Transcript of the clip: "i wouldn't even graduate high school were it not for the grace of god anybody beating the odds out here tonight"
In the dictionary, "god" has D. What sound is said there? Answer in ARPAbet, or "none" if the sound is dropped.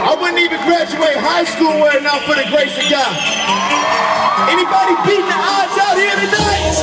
none